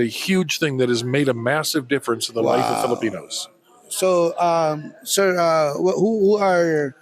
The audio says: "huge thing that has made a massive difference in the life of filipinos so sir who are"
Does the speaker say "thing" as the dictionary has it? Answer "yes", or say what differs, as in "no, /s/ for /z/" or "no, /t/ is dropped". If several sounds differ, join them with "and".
yes